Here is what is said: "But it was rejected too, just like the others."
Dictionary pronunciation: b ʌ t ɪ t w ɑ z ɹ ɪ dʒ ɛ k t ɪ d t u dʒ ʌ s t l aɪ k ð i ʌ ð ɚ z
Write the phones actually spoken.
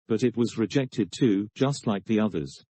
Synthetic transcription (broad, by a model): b ʌ t ɪ t w ɑ z ɹ ɪ dʒ ɛ k t ɪ d t u dʒ ʌ s t l aɪ k ð i ʌ ð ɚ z